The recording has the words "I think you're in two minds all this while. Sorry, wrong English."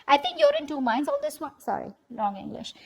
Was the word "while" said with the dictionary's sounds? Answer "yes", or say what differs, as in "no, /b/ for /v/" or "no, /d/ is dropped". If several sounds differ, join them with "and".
no, /n/ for /l/